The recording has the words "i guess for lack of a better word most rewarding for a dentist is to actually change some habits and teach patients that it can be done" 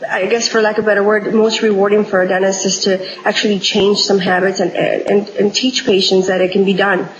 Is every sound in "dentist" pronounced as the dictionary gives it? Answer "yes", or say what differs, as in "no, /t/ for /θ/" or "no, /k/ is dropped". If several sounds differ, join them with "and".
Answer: no, /t/ is dropped